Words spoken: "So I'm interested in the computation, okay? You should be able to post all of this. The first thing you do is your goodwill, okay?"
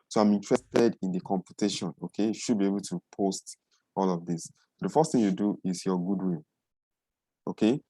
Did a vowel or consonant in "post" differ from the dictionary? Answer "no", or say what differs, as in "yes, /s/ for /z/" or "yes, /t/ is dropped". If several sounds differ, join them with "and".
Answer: no